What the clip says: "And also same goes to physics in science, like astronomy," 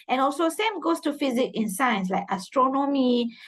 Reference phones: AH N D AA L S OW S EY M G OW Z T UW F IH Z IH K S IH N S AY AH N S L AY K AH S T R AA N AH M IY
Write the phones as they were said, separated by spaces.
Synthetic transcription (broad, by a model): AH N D AA L S OW S EY M G OW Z T UW F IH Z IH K IH N S AY AH N S L AY K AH S T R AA N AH M IY